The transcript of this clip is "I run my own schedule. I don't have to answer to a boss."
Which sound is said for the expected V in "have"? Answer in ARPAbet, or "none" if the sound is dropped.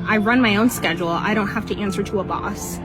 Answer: F